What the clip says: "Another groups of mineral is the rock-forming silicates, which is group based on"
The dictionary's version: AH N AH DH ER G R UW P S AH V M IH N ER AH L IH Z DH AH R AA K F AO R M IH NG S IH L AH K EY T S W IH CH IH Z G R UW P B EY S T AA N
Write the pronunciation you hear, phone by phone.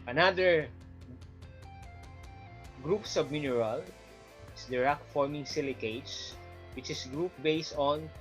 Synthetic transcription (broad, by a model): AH N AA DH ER G R UW P S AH B M IH N ER AH L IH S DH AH R AA K F AO R M IH NG S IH L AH K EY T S W IH CH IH S G R UW P B EY S T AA N